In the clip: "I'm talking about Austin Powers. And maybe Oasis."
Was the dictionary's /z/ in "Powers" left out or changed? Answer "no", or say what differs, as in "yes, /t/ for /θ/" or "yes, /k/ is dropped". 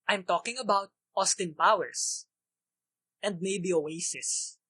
yes, /s/ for /z/